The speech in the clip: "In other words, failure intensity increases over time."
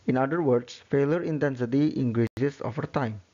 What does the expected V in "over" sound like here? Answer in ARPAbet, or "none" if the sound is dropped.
F